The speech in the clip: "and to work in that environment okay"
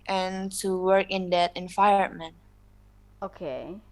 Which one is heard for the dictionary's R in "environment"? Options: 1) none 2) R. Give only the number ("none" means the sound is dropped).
1